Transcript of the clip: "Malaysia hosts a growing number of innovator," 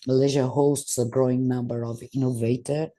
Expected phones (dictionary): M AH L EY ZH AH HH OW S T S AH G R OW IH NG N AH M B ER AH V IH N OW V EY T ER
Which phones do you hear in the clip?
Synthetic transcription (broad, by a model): M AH L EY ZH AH HH OW S T S AH G R OW IH NG N AH M B ER AH V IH N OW V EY T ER